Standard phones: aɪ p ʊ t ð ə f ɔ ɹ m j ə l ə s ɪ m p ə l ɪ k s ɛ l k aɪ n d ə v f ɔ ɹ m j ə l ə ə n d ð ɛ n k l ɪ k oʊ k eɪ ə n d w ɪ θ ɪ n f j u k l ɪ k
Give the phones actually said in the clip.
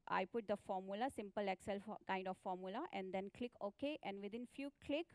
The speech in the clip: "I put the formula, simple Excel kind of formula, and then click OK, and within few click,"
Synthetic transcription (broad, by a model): aɪ p ʊ t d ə f ɔ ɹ m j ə l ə s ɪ m p ə l ɪ k s ɛ l k aɪ n d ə f ɔ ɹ m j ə l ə ə n d ɛ n k l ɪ k oʊ k eɪ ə n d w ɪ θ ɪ n f j u k l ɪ k